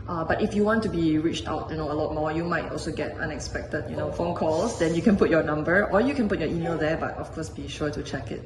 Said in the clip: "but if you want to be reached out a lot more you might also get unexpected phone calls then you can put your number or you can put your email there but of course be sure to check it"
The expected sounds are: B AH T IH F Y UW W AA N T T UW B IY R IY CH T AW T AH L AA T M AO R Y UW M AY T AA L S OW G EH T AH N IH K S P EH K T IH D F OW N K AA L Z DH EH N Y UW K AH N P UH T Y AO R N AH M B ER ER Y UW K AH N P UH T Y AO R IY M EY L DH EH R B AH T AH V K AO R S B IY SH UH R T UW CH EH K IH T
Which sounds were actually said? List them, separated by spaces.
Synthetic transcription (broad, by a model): B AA T IH F Y UW W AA N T T UW B IY R IY CH T AW T AH L AA T M AO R Y UW M AY T AA L S OW G EH T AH N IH K S P EH K T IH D F OW N K AA L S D EH N Y UW K AH N P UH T Y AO N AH M B ER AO Y UW K AH N P UH T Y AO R IY M EY L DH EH B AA T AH F K AO S B IY SH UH T UW CH EH K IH T